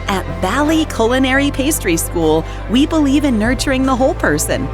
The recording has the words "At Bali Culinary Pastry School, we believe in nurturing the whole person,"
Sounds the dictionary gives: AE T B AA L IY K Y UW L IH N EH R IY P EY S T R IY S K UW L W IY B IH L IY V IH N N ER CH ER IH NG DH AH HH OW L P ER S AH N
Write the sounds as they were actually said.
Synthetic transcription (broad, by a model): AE T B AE L IY K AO L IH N EH R IY P EY S T R IY S K UW L W IY B IH L IY V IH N N ER CH ER IH NG DH AH HH OW L P ER S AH N